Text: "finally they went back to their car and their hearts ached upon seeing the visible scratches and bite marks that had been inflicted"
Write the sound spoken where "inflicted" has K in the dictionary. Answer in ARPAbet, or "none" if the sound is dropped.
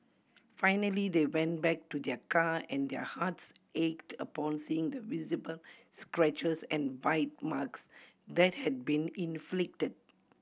K